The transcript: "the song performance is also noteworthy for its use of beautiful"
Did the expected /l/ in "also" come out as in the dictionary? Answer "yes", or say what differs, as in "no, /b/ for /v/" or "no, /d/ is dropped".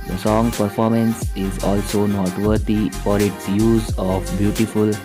yes